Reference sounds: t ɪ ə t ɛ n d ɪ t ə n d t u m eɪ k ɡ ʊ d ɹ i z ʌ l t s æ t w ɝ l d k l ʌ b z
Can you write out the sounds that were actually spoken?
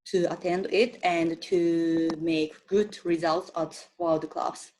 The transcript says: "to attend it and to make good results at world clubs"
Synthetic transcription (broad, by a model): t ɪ ə t ɛ n d ɪ t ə n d t u m eɪ k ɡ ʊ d ɹ i z ʌ l t s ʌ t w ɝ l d k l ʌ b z